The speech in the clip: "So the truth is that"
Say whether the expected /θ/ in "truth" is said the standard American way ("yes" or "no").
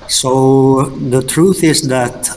yes